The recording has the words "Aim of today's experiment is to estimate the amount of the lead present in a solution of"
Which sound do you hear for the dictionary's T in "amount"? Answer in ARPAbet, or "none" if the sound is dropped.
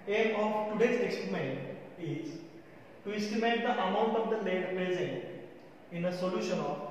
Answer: T